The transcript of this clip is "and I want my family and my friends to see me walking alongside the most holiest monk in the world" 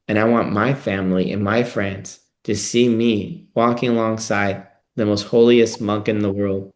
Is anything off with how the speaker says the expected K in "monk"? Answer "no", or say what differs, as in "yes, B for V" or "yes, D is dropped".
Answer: no